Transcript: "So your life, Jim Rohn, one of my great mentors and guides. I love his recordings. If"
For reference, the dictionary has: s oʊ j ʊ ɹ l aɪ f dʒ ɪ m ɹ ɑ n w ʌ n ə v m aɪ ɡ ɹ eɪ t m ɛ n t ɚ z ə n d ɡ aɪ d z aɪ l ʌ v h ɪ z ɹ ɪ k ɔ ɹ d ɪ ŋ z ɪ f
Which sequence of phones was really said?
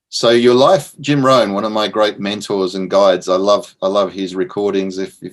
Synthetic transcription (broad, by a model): s oʊ j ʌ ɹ l aɪ f dʒ ɪ m ɹ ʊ n w ʌ n ə v m aɪ ɡ ɹ eɪ t m ɛ n t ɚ z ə n ɡ aɪ d z aɪ l ʌ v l ɪ z ɹ ɪ k ɔ ɹ d ɪ ŋ z ɪ f